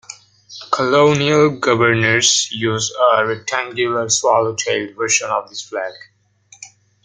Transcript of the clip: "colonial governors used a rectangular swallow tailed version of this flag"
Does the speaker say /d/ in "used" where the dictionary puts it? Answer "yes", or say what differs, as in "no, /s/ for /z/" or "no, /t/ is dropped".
no, /d/ is dropped